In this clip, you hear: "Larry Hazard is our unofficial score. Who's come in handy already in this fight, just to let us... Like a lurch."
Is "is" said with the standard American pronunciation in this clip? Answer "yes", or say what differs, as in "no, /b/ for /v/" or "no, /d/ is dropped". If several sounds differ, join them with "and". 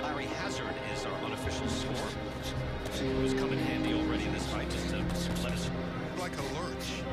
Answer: yes